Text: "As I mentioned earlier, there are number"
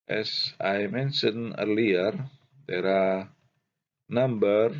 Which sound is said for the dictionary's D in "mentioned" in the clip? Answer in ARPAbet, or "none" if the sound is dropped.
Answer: none